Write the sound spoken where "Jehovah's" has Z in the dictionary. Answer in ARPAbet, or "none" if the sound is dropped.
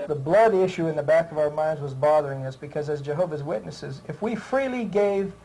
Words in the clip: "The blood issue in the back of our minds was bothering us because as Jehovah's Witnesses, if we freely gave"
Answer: Z